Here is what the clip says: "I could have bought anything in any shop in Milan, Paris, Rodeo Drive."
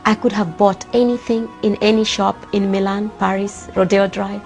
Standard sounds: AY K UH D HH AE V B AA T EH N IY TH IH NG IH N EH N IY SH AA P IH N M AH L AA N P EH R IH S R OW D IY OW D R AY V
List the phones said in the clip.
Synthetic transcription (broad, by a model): AY K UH D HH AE V B AA T EH N IY TH IH NG IH N EH N IY SH AA P IH N M AH L AA N P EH R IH S R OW D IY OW D R AY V